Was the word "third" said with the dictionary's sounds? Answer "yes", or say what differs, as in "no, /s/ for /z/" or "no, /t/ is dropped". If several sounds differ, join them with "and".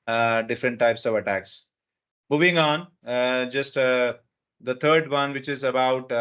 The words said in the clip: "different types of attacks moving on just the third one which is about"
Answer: no, /t/ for /θ/